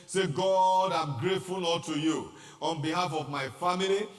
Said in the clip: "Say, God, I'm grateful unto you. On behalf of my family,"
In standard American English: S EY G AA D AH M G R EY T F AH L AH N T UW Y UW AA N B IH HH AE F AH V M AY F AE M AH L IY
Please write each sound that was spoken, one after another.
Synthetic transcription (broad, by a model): S EY G AA D AH M G R EY T F AH L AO L T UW Y UW AA N B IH HH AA F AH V M AY F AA M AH L IY